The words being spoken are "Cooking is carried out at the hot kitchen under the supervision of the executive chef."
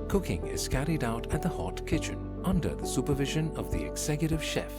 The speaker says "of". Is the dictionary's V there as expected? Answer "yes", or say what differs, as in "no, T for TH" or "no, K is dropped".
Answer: yes